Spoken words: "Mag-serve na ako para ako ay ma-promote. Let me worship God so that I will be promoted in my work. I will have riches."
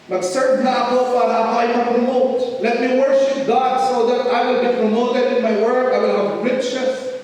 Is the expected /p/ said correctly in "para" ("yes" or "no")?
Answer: no